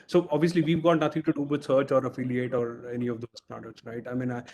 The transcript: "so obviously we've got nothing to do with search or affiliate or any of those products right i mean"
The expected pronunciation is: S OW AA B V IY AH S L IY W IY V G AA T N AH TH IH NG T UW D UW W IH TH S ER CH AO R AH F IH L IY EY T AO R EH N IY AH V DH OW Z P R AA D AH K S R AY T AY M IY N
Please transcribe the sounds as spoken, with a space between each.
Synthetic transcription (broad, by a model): S OW AA B V IY AH S L IY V IY V G AA T N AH T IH NG T UW D UW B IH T S ER CH AO R AH F IH L IY EY T AO R EH N IY AH V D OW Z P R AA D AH S R AY T AY M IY N